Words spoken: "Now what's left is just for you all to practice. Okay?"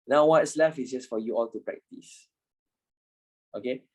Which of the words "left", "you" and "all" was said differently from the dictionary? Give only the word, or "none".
left